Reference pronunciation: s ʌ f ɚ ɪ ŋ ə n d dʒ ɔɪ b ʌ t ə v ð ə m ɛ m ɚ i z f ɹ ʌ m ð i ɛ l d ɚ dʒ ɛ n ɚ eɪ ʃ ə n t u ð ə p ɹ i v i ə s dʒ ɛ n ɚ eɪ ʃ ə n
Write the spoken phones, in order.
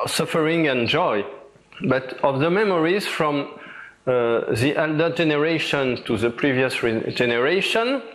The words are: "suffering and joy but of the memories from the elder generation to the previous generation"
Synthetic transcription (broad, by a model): s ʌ f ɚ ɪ ŋ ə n dʒ ɔɪ b ʌ t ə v ð ə m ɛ m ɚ i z f ɹ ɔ m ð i ɛ l d ɚ dʒ ɛ n ɚ eɪ ʃ ə n t u ð ə p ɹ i v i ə s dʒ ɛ n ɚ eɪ ʃ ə n